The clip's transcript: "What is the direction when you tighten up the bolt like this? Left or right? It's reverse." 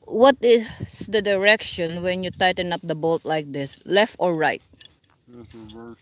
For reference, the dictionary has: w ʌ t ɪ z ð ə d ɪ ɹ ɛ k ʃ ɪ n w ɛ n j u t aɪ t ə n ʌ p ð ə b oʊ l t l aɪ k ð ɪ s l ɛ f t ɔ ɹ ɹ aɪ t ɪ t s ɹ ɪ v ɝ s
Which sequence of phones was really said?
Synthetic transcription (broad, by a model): w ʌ t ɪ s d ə d ɪ ɹ ɛ k ʃ ɪ n w ɛ n j u t aɪ t ə n ʌ p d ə b oʊ l t l aɪ k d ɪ s l ɛ f t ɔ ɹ ɹ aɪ ɪ t